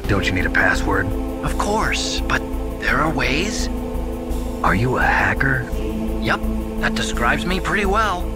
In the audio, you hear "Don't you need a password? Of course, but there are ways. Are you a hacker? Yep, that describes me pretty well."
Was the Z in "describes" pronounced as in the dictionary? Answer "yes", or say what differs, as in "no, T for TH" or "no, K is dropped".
yes